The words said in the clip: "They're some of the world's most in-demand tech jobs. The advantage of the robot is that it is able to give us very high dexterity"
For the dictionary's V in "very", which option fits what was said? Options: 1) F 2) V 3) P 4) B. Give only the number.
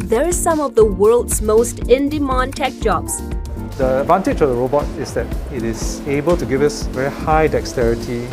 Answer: 2